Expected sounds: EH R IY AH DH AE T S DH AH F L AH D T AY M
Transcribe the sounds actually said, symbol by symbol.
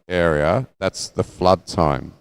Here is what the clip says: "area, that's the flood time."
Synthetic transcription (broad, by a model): EH R IY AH DH AE T S DH AH F L AH D T AY M